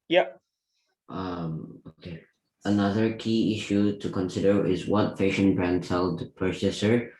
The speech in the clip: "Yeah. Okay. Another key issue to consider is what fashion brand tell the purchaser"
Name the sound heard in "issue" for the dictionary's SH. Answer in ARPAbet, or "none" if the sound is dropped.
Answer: SH